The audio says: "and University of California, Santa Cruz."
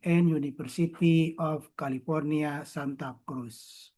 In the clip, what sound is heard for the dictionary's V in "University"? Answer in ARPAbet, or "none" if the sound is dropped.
F